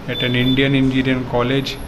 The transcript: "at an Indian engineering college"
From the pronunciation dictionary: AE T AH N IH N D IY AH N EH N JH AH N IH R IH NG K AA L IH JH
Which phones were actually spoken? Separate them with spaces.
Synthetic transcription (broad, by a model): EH T AH N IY N D IY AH N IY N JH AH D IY IH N K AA L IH JH